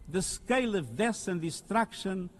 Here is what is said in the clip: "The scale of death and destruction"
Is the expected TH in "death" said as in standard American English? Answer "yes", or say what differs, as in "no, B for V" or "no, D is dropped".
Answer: no, S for TH